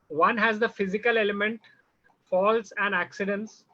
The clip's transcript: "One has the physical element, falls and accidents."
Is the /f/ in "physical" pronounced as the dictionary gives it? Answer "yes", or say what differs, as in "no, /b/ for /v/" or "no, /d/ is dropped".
yes